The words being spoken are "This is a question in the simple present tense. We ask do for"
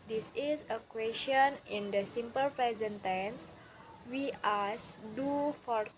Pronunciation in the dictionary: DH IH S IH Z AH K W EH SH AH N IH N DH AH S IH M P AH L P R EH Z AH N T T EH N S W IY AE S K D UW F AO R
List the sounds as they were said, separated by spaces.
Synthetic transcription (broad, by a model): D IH S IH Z AH K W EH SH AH N IH N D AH S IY M P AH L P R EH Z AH N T T EH N S W IY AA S D UW F AO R